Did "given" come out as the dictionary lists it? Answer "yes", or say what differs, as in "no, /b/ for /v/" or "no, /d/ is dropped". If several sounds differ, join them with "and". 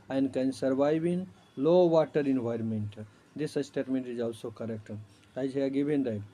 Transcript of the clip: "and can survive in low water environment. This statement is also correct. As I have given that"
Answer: no, /b/ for /v/